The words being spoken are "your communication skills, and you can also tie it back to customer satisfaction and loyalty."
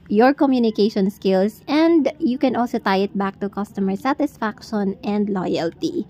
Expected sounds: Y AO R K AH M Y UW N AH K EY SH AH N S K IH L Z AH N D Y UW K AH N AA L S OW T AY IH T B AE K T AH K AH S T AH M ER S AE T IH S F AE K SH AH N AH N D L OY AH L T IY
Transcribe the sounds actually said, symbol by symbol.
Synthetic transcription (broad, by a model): Y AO R K AH M Y UW N AH K EY SH AH N S K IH L S AH N D Y UW K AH N AA L S OW T AY IH T B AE K T AH K AH S T AH M ER S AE T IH S F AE K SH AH N AH N D L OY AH L T IY